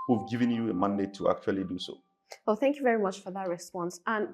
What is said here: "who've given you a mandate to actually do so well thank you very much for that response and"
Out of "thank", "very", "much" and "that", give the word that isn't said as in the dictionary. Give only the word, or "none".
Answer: none